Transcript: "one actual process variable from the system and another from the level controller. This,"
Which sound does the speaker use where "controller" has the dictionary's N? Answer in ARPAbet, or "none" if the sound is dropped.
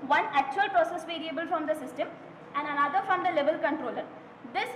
N